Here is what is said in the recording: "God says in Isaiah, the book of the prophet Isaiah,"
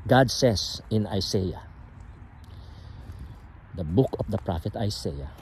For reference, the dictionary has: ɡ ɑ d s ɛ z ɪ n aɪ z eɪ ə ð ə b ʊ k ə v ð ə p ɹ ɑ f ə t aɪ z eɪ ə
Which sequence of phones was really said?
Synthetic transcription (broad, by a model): ɡ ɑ d s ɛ s ɪ n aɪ s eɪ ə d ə b ʊ k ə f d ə p ɹ ɑ f ə t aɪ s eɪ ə